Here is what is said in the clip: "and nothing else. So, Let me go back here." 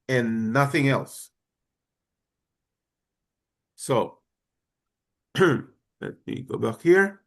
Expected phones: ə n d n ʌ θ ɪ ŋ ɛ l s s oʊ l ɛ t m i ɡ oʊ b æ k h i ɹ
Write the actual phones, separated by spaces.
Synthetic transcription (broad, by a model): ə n n ʌ θ ɪ ŋ ɛ l s s oʊ l ɛ t m i ɡ oʊ b æ k h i ɹ